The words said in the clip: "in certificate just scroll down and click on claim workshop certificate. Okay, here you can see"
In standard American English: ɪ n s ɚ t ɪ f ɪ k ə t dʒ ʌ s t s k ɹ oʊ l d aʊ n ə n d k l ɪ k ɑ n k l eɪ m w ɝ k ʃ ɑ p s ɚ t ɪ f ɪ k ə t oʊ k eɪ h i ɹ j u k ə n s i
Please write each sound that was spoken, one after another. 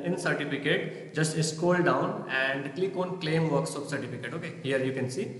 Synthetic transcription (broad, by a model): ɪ n s ɚ t ɪ f ɪ k ə t dʒ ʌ s t s k oʊ l d aʊ n ə n d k l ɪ k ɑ n k l eɪ m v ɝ k s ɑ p s ɚ t ɪ f ɪ k ə t oʊ k eɪ h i ɹ j u k ə n s i